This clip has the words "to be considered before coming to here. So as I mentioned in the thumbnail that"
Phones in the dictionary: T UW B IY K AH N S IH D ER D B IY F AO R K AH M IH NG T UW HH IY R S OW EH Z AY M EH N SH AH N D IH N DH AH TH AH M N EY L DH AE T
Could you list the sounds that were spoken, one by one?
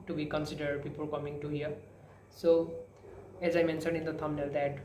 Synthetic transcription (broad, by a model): T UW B IY K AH N S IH D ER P IY P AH L K AH M IH NG T UW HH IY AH S OW EH Z AY M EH N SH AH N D IH N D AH T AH M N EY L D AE T